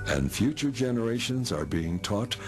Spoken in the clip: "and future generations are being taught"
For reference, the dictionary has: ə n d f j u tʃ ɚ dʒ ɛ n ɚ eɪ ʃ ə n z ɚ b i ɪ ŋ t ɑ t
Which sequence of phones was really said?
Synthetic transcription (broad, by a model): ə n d f j u tʃ ɚ dʒ ɛ n ɚ eɪ ʃ ə n z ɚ b i ɪ ŋ t ɑ t